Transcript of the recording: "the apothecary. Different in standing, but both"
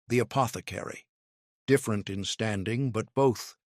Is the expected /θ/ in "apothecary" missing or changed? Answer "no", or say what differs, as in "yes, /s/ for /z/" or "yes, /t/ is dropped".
no